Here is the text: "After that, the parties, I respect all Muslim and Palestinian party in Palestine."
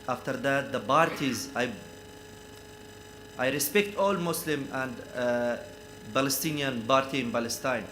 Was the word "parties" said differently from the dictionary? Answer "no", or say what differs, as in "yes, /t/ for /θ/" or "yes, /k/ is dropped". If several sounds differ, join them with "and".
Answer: yes, /b/ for /p/